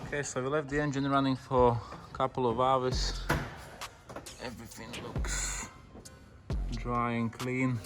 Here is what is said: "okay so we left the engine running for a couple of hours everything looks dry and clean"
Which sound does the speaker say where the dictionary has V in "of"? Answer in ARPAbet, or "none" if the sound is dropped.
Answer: V